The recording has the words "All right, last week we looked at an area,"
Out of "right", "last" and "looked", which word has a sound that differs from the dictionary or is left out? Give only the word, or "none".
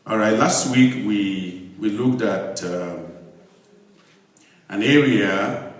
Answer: none